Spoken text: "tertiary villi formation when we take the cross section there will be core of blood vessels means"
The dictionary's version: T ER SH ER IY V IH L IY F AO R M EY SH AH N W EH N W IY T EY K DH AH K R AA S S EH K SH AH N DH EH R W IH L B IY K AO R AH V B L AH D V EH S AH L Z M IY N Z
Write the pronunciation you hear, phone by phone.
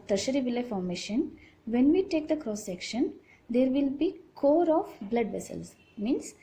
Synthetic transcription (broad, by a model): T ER SH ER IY V IH L IY F AO R M EY SH AH N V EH N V IY T EY K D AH K R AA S S EH K SH AH N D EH R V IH L B IY K AO R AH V B L AH D V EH S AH L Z M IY N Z